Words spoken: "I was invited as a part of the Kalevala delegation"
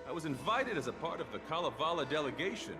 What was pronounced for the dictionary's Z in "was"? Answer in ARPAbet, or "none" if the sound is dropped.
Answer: Z